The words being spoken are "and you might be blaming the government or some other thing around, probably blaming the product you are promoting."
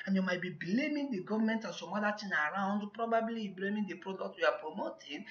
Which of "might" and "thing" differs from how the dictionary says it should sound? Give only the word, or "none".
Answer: thing